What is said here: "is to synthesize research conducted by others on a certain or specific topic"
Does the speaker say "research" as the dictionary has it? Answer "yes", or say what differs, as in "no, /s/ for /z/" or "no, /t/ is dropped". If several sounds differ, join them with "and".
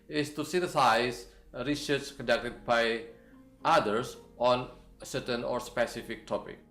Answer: no, /s/ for /tʃ/